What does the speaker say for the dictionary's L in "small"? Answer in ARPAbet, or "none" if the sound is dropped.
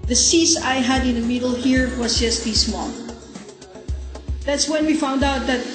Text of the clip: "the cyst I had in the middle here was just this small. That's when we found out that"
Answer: N